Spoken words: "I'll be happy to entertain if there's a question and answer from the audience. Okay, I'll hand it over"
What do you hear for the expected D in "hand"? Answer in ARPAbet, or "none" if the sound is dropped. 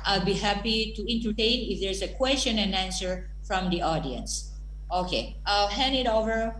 none